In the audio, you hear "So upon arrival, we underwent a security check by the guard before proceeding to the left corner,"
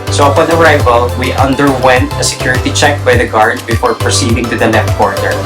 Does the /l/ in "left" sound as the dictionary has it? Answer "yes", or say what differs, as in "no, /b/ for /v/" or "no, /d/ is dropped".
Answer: no, /n/ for /l/